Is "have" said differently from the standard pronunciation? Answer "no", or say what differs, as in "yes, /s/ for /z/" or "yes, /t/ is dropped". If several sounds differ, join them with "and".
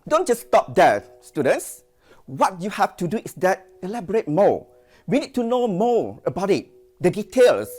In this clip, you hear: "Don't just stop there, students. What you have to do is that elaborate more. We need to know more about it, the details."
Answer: yes, /f/ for /v/